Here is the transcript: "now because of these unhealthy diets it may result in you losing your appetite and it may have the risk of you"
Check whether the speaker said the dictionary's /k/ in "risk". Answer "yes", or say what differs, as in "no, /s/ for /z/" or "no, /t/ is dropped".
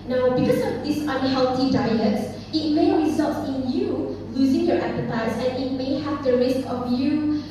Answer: yes